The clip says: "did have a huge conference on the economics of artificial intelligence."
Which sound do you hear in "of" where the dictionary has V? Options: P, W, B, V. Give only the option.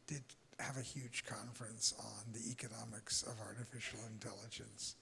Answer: V